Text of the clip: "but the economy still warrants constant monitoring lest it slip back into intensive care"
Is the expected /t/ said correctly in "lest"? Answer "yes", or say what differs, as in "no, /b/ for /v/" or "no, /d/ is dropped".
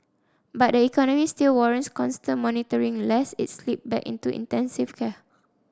no, /t/ is dropped